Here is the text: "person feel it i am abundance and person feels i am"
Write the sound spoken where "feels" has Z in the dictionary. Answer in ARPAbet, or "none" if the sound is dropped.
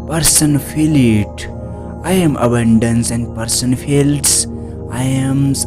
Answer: S